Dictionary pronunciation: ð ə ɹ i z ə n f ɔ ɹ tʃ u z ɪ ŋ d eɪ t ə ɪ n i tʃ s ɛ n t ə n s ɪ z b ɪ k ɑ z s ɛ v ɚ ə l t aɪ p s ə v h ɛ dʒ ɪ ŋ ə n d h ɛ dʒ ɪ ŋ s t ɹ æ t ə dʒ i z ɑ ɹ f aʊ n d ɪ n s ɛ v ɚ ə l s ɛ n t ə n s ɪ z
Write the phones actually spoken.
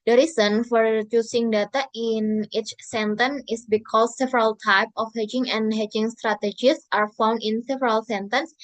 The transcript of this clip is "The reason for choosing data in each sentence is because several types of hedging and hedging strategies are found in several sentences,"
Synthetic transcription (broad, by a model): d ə ɹ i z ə n f ɔ ɹ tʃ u s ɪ ŋ d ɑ t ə ɪ n i tʃ s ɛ n t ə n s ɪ s b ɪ k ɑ s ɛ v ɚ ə l t aɪ p ə f h ɛ dʒ ɪ ŋ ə n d h ɛ dʒ ɪ ŋ s t ɹ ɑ t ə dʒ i s ɑ ɹ f aʊ n d ɪ n s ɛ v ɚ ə l s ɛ n t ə n s